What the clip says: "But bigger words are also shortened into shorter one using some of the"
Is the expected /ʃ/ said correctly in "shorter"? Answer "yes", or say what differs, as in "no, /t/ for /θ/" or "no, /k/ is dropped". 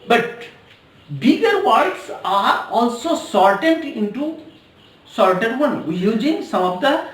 no, /s/ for /ʃ/